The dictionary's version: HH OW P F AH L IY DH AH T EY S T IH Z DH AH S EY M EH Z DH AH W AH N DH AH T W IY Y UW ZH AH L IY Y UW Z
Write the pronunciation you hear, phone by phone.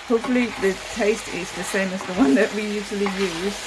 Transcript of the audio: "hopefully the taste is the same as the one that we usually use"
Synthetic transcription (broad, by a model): HH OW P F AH L IY DH AH T EY S T IH Z DH AH S EY M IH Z DH AH W AH N DH AH T W IY Y UW ZH AH L IY Y UW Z